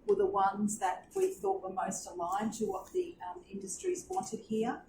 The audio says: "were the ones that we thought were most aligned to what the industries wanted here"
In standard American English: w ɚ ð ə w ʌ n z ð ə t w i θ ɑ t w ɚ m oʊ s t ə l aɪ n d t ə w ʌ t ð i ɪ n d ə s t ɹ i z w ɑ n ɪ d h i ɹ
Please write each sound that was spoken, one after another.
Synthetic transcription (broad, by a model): w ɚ ð ə w ʌ n z ð ə t w i θ ɑ t w ɚ m oʊ s t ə l aɪ n t ə w ʌ t ð i ɪ n d ə s t ɹ i z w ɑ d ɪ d h i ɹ